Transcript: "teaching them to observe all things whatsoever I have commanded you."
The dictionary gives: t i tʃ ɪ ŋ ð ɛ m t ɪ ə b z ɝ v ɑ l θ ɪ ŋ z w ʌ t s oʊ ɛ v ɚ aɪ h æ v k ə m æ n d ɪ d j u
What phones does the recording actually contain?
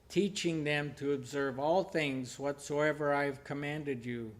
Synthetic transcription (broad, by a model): t i tʃ ɪ ŋ ð ɛ m t ɪ ə b z ɝ v ɑ l θ ɪ ŋ z w ʌ t s oʊ ɛ v ɚ aɪ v k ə m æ n d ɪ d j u